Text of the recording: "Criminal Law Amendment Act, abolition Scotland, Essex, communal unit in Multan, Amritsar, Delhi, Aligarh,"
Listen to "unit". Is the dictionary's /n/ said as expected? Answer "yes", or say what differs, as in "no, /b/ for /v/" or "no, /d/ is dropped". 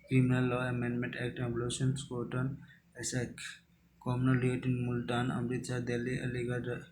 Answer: no, /n/ is dropped